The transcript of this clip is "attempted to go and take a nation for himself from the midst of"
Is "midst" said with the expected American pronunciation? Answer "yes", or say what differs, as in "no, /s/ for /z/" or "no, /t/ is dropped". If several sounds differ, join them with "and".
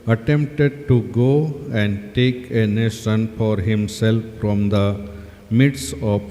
no, /t/ is dropped